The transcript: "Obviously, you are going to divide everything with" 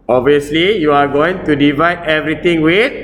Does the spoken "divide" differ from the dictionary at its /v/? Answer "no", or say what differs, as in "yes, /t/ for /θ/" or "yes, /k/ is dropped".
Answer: no